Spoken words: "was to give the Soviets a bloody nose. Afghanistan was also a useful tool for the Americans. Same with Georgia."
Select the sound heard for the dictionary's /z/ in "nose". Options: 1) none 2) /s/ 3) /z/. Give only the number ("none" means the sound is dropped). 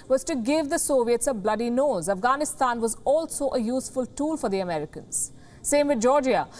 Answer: 3